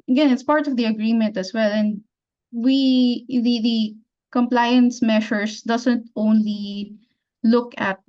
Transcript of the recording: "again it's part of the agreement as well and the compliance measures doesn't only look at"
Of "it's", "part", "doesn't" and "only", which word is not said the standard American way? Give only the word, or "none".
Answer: doesn't